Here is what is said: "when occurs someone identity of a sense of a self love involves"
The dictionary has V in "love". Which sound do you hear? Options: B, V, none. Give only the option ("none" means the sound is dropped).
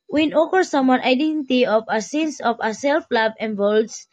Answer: B